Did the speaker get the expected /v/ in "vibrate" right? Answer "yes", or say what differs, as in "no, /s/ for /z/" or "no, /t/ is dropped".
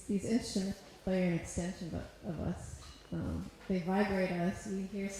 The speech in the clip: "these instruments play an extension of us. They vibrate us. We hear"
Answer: yes